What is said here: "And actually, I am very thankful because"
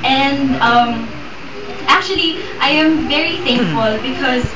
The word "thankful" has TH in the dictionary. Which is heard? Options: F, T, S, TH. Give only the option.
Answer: TH